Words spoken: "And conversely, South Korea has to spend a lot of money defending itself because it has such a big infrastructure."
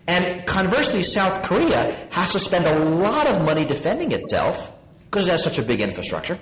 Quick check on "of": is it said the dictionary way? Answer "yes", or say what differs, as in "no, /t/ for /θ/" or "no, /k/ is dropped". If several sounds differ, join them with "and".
yes